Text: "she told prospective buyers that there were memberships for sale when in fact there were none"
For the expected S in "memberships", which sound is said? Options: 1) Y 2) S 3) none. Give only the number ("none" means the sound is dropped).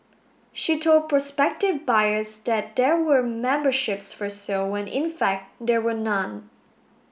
2